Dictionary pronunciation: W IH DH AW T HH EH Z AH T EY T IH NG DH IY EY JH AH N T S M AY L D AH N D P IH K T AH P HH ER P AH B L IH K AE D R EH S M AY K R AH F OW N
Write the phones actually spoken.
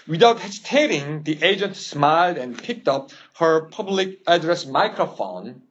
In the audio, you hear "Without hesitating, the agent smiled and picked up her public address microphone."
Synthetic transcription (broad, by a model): W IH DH AW T HH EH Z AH T EY T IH NG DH IY EY JH AH N T S M AY L D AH N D P IH K T AH P HH ER P AH B L IH K AE D R EH S M AY K R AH F OW N